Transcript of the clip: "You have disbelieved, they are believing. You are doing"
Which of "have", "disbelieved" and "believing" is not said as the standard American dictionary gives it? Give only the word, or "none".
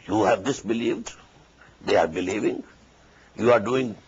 none